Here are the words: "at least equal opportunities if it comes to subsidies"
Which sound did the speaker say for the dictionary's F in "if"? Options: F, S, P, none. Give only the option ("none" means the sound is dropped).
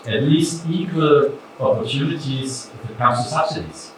P